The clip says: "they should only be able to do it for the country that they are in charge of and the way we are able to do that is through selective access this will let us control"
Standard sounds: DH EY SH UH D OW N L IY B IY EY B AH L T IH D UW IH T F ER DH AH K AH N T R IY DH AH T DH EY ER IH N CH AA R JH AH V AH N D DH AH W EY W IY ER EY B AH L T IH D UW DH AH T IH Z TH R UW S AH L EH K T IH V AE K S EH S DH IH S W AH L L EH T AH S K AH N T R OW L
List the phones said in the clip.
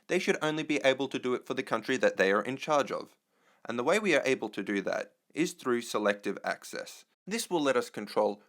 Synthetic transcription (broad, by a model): DH EY SH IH D OW N L IY B IY EY B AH L T IH D IH T F ER DH AH K AH N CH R IY DH AH T DH EY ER IH N CH AA R JH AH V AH N DH AH W EY W IY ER EY B L T IH D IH DH AH T IH Z TH R UW S AH L EH K T IH V AE K S EH S DH IH S W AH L L EH T AH S K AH N T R OW L